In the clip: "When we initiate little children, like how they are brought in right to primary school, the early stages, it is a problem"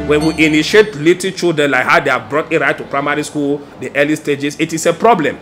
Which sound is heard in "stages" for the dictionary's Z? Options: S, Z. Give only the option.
S